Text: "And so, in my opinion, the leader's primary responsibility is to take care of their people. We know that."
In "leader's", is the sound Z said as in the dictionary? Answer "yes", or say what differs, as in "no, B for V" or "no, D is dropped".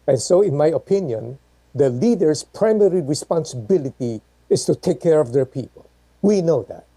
no, S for Z